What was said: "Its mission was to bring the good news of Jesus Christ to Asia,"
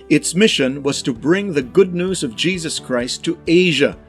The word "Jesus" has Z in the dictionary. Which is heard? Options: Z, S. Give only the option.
Z